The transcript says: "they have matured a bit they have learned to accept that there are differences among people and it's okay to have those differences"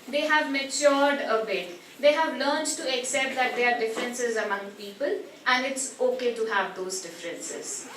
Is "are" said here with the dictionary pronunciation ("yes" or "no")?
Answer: yes